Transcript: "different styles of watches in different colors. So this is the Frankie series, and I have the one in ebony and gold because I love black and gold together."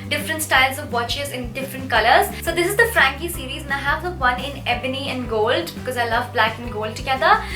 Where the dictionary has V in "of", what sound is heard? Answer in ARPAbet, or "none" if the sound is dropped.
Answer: V